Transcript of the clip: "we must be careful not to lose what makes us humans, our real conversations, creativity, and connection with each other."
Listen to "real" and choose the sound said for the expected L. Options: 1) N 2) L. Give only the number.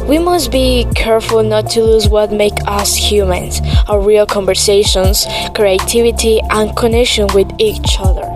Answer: 2